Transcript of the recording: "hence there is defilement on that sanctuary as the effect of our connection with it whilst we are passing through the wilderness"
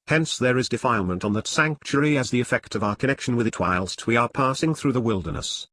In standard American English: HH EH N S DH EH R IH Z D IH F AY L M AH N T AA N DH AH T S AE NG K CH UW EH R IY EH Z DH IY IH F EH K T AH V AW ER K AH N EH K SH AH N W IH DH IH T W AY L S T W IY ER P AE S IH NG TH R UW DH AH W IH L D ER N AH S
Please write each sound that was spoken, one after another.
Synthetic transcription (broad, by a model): HH EH N S DH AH R IH Z D IH F AY L M AH N T N DH AH T S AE NG K CH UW R IY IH Z DH IY IH F EH K T AH V AW ER K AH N EH K SH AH N W IH DH IH T W AY L S T W IY ER P AE S IH NG TH R UW DH AH W IH L D ER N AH S